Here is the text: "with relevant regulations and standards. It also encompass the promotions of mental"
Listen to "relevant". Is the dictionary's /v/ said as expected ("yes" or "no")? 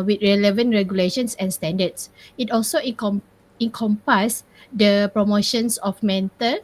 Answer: yes